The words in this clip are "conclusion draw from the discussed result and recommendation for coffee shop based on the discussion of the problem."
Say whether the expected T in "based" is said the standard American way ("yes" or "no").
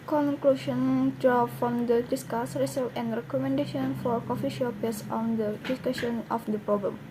no